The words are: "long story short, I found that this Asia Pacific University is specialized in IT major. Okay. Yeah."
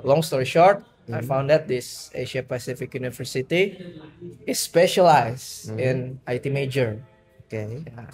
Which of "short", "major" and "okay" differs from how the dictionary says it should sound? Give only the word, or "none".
none